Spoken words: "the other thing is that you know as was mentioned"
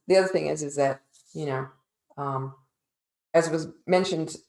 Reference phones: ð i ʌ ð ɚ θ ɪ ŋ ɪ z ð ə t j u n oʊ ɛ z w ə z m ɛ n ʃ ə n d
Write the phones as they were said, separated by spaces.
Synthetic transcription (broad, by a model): ð i ʌ ð ɚ θ ɪ ŋ ɪ z ð ə t j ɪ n oʊ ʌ z w ə z m ɛ n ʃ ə n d